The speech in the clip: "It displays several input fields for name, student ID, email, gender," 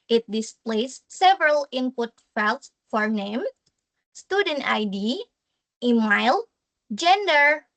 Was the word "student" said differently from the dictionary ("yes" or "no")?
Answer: no